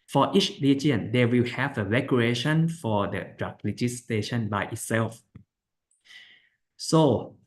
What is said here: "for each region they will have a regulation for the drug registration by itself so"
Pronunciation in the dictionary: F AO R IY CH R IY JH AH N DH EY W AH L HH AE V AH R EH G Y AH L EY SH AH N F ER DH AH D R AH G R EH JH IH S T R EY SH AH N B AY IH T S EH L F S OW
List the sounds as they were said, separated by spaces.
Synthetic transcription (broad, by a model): F AO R IY CH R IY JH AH N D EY W AH L HH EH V AH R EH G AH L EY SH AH N F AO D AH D R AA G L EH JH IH S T EY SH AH N B AY IH T S EH L F S OW